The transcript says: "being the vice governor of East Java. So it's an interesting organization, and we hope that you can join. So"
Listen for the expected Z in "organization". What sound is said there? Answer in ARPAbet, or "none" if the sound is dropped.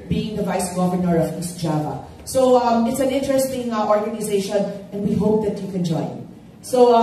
Z